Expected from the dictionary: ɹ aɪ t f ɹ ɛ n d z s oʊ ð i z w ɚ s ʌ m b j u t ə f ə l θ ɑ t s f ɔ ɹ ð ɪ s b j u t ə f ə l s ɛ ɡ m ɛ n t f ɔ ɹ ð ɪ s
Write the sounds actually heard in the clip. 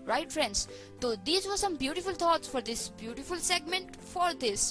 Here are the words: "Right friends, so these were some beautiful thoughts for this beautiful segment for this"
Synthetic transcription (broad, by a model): ɹ aɪ t f ɹ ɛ n d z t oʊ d i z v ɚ s ʌ m b j u t ə f ə l t ɑ t s f ɔ ɹ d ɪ s b j u t ə f ə l s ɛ ɡ m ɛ n t f ɔ ɹ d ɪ s